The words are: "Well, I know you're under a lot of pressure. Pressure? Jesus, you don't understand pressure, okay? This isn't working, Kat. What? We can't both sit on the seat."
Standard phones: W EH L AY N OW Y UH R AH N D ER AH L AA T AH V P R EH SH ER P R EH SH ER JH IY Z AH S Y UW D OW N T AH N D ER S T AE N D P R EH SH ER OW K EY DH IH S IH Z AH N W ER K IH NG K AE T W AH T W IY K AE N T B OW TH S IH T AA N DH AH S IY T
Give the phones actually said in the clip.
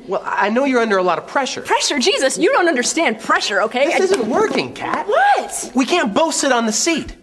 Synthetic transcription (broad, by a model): W EH L AY N OW Y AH R AH N D ER AH L AA T AH V P R EH SH ER P R EH SH ER JH IY Z AH S Y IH D OW N T AH N D ER S T AE N D P R EH SH ER OW K EY IH IH Z AH N W ER K IH NG K AE T W AH T W IY K AE N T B OW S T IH T N DH AH S IY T